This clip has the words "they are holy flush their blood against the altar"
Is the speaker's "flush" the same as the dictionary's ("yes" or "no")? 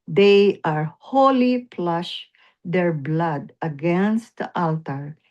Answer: no